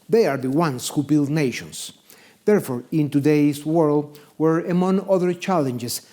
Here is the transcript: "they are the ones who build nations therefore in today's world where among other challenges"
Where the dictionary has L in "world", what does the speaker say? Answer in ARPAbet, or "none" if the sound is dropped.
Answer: L